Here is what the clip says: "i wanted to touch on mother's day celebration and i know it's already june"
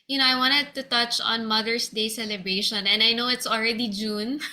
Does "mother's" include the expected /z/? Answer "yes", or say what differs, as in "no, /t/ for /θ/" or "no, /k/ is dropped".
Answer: no, /s/ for /z/